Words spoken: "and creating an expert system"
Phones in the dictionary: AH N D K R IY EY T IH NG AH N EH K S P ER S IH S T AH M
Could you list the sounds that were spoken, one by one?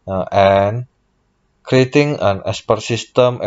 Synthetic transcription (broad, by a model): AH N K R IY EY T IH NG AH N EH S P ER S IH S T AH M